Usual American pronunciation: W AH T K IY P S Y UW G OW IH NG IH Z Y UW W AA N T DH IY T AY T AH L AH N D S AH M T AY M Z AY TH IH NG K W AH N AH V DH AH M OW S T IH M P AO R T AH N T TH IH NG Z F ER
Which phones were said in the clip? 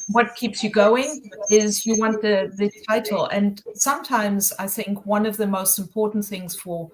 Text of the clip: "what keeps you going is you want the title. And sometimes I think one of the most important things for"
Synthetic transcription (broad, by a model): W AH T K IY P S Y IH G OW IH NG IH Z Y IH W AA N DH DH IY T AY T L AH N S AH M T AY M Z AY TH IH NG K W AH N AH V DH AH M OW S T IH M P AO R T N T TH IH NG Z F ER